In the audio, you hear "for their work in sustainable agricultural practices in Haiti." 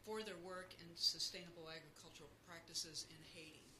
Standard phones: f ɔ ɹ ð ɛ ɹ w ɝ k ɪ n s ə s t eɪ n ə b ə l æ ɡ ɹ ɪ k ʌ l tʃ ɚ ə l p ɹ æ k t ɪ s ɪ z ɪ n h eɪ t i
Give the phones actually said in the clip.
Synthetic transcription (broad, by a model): f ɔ ɹ ð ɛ ɹ w ɝ k ɪ n s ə s t eɪ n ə b l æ ɡ ɹ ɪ k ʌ l tʃ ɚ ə l p ɹ æ k t ɪ s ɪ z ɪ n h eɪ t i